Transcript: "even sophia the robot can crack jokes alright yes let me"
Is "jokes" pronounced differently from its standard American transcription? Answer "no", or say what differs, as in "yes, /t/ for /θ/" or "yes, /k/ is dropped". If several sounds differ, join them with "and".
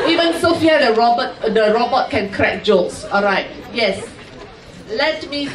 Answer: yes, /k/ is dropped